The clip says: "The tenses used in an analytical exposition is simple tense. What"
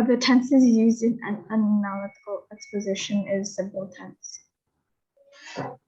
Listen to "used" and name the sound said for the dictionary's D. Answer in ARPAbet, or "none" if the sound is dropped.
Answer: D